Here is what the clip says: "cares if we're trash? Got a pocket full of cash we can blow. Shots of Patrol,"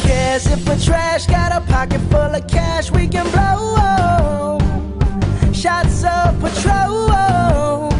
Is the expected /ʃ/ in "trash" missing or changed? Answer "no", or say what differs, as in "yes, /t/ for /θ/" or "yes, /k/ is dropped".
no